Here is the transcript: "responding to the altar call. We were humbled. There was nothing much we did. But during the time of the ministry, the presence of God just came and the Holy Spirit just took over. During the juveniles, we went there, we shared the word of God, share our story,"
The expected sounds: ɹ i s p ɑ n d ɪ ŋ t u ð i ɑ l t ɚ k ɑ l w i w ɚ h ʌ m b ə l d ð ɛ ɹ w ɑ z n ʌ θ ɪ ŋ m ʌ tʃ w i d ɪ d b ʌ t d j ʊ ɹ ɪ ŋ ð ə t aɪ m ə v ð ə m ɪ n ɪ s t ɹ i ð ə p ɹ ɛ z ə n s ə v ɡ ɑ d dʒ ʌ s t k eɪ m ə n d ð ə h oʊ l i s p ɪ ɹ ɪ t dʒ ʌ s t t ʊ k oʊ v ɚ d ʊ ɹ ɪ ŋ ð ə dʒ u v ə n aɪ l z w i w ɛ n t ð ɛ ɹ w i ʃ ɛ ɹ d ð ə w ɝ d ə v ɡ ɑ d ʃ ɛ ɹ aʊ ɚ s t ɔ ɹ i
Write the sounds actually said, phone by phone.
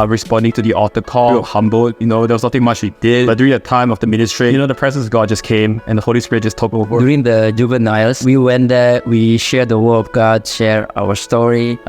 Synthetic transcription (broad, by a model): ɹ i s p ɑ n d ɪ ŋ t u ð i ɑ t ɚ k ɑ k h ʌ m b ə n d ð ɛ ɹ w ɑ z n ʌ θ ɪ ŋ m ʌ tʃ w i d ɪ d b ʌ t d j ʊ ɹ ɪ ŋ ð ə t aɪ m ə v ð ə m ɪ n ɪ s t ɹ i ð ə p ɹ ɛ z ə n s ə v ɡ ɑ d dʒ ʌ s k eɪ m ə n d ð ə h oʊ l i s p ɪ ɹ ɪ t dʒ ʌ s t t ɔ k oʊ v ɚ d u ɹ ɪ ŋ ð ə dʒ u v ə n aɪ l s w i w ɛ n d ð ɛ w i ʃ ɛ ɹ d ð ə w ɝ ə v ɡ ɑ d ʃ ɛ ɹ aʊ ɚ s t ɔ ɹ i